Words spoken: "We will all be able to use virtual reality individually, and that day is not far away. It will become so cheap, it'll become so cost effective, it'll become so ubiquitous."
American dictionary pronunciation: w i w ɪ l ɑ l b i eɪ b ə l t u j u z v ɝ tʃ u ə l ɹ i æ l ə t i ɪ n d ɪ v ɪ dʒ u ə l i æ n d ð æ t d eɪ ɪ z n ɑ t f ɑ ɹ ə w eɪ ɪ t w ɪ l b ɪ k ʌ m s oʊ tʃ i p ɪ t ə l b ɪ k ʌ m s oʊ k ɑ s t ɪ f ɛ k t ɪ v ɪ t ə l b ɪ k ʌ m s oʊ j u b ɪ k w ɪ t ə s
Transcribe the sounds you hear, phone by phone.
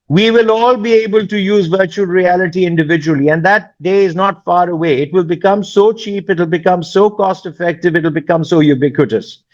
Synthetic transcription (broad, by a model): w i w ɪ l ɑ l b i eɪ b ə l t u j u z v ɝ tʃ u ə l ɹ i æ l ə t i ɪ n d ɪ v ɪ dʒ u ə l i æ n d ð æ t d eɪ ɪ z n ɑ t f ɑ ɹ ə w eɪ ɪ t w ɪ l b ɪ k ʌ m s oʊ tʃ i p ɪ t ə l b ɪ k ʌ m s oʊ k ɑ s t ɪ f ɛ k t ɪ v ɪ t l b ɪ k ʌ m s oʊ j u b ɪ k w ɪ t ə s